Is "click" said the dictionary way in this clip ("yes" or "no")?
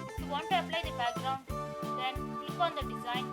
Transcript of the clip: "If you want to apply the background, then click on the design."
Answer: no